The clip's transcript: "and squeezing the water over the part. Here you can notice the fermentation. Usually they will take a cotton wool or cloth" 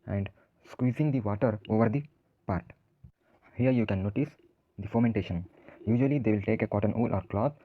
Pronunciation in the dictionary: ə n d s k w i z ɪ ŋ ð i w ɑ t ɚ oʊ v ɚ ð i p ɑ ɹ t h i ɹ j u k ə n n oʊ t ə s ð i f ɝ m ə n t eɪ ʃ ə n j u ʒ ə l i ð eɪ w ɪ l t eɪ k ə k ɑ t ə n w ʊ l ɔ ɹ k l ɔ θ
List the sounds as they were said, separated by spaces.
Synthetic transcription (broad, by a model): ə n d s k w i z ɪ ŋ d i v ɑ t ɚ oʊ v ɚ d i p ɑ ɹ t h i ɹ j u k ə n n oʊ t ə s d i f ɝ m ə n t eɪ ʃ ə n j u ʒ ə l i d eɪ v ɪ l t eɪ k ə k ɑ t ə n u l ɔ ɹ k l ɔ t